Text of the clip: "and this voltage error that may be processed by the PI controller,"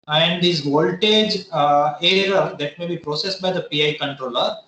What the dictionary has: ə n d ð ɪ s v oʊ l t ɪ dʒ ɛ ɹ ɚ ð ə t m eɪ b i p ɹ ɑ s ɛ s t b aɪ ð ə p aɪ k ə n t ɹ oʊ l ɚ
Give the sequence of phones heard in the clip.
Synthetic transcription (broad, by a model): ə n d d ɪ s v oʊ l t ɪ dʒ ɛ ɹ ɚ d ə t m eɪ b i p ɹ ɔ s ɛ s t b aɪ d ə p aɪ k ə n t ɹ oʊ l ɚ